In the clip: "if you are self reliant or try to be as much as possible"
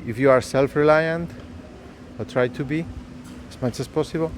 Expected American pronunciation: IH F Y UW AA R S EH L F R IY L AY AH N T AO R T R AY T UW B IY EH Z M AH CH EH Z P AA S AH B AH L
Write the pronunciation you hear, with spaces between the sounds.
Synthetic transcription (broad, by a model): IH F Y UW AA R S EH L F R IY L AY AH N T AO L T R AY T UW B IY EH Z M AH CH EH S P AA S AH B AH L